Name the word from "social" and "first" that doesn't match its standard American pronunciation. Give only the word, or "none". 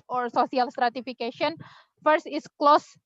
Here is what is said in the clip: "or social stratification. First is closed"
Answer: social